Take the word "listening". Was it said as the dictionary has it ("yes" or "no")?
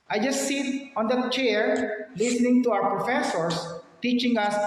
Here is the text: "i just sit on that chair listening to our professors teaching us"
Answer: yes